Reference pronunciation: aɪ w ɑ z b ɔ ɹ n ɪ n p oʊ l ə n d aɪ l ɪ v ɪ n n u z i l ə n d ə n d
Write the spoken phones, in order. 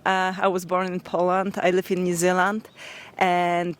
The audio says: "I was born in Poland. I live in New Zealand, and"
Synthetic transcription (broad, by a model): aɪ w ɑ z b ɔ ɹ n ɪ n p oʊ l ə n d aɪ l ɪ v ɪ n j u z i l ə n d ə n